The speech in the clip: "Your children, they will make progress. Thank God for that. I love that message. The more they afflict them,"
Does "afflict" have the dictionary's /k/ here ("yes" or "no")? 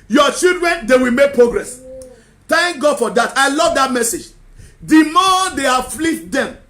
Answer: no